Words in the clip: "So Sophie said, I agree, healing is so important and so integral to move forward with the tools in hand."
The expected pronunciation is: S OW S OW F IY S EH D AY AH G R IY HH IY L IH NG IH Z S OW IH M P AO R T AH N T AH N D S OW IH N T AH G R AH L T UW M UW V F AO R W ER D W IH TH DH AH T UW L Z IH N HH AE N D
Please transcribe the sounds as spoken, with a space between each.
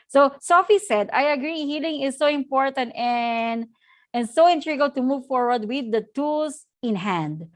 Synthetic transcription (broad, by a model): S OW S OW F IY S EH D AY AH G R IY HH IY L IH NG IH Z S OW IH M P AO R T AH N T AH N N S OW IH N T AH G AH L T UW M UW V F AO R W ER D W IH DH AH T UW L S IH N HH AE N D